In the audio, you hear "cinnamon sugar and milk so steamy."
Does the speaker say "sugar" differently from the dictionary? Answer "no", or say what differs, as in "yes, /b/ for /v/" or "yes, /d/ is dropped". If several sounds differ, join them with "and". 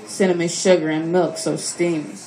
no